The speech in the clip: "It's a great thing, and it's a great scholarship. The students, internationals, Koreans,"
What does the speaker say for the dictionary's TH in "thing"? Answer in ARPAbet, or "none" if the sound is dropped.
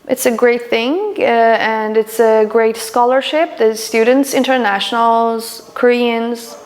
TH